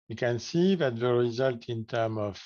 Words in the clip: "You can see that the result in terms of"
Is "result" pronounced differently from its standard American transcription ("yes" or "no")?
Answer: no